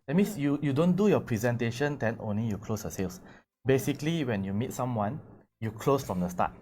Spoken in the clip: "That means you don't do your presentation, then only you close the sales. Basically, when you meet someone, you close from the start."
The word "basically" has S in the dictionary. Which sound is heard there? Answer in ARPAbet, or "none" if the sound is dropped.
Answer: S